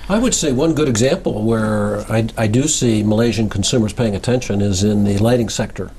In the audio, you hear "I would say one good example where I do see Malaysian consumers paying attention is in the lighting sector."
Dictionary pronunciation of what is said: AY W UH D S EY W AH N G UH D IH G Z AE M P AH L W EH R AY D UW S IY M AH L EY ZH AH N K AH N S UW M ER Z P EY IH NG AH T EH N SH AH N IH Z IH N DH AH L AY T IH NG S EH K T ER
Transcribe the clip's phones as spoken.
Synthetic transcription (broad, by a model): AY W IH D S EY W AH N G UH D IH G Z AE M P L W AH R AY D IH S IY M AH L EY ZH AH N K N S UW M ER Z P EY IH NG AH T EH N SH AH N IH Z IH N DH AH L AY T IH NG S EH K T ER